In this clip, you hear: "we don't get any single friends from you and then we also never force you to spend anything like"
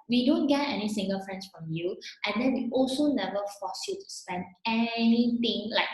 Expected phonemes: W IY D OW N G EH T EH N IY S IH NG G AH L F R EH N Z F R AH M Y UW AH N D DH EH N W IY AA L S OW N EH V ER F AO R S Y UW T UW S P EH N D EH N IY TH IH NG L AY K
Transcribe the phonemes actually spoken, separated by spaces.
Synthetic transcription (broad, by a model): W IY D OW N G EH T EH N IY S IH NG G AH L F R EH N S F R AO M Y UW AH N D EH N W IY AA L S OW N EH V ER F AO S Y UW T UW S P EH N D EH N IY T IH NG L AY K